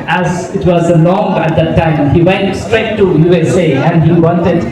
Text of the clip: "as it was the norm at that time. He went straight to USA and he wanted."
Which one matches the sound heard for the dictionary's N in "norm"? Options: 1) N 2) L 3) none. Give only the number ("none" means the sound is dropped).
2